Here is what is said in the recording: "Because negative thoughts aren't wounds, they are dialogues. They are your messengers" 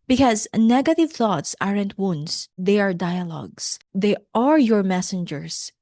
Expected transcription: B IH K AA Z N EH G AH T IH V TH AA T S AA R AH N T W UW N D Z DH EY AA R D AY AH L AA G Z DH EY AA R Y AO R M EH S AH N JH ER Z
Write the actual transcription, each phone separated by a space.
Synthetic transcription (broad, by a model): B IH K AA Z N EH G AH T IH V TH AA T S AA R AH N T W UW N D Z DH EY AA R D AY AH L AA G S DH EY AA R Y AO R M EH S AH N JH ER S